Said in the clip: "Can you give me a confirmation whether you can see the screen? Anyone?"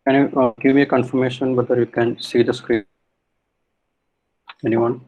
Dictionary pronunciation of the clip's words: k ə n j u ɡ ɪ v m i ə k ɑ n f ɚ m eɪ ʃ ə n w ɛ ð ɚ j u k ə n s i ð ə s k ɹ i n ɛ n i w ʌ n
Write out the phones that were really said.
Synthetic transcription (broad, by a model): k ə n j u ɡ ɪ v m i ə k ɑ n f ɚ m eɪ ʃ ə n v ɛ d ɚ j u k ə n s i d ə s k ɹ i ɛ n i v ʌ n